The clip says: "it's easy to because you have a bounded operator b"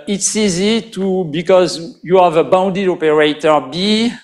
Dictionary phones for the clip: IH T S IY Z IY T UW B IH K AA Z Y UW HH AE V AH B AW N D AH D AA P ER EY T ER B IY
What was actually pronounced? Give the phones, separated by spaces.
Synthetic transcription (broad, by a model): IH T S IY Z IY T UW B IH K AA Z Y UW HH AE V AH B AW N D AH D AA P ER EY T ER B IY